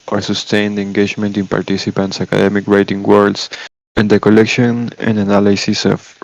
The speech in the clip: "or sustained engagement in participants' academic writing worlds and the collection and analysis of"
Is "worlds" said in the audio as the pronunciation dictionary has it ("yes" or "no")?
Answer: no